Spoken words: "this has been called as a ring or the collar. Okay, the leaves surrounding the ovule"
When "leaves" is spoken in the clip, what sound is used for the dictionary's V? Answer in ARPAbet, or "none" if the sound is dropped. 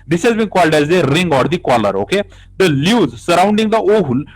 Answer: none